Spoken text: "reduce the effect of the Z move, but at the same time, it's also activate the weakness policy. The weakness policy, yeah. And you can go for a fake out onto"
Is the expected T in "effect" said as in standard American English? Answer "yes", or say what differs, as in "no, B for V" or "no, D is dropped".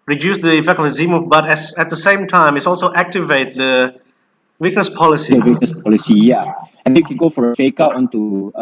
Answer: no, T is dropped